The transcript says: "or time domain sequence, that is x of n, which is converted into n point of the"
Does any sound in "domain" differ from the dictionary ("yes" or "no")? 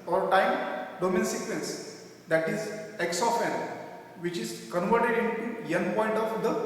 no